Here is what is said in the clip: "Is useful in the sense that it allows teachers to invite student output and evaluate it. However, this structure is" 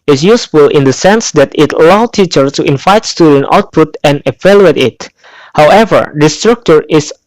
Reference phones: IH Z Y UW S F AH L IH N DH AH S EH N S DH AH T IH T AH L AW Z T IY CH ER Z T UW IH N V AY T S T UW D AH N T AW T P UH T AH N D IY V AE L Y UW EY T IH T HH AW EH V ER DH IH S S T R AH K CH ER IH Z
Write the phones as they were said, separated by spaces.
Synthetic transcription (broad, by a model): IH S Y UW S F AH L IH N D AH S EH N S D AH T IH T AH L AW T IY CH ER T UW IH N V AY T S T UW D AH N T AW T P UH T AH N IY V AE L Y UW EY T IH T HH AW EH V ER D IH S S T R AH K CH ER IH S